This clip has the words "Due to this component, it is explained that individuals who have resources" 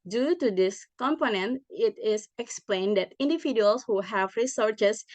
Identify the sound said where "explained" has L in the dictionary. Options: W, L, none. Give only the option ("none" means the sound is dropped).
L